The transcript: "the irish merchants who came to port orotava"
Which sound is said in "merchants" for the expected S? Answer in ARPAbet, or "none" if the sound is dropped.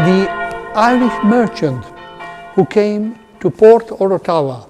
none